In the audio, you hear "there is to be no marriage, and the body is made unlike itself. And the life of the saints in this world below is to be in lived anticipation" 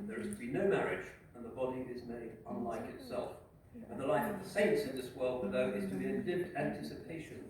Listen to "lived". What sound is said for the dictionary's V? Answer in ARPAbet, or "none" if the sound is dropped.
none